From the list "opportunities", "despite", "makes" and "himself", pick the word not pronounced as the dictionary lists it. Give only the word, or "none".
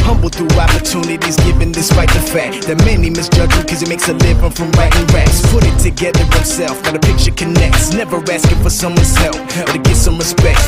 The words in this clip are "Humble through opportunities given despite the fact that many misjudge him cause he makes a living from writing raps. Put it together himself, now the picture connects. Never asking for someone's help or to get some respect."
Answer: himself